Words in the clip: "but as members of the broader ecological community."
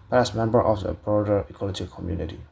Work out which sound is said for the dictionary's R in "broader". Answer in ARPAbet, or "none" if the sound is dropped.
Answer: R